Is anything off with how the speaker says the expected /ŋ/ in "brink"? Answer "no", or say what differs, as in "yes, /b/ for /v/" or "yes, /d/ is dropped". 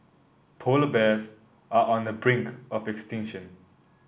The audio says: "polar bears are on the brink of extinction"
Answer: no